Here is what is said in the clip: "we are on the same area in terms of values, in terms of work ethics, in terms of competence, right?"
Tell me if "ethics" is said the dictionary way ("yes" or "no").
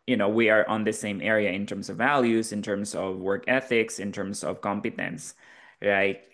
yes